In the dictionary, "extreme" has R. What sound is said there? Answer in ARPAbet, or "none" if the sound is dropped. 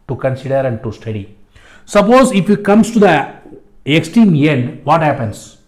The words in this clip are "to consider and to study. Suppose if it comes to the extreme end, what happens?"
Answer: none